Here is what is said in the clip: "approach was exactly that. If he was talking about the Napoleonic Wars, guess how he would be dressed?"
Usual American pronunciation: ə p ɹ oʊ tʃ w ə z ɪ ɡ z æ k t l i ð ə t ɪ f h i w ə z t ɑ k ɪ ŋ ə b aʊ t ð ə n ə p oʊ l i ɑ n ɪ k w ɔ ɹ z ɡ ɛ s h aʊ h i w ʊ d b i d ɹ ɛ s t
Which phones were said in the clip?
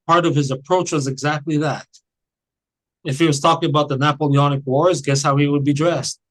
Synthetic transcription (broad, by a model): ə p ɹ oʊ tʃ w ə z ɪ ɡ z æ k t l i ð ə t ɪ f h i w ə z t ɑ k ɪ ŋ ə b aʊ t ð ə n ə p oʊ l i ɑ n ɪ k w ɔ ɹ z ɡ ɛ s h aʊ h i w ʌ d b i d ɹ ɛ s t